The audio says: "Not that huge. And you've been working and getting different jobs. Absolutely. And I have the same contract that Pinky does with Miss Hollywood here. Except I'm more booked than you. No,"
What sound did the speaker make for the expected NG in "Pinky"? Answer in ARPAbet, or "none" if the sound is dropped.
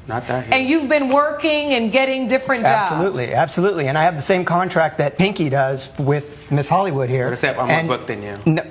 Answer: NG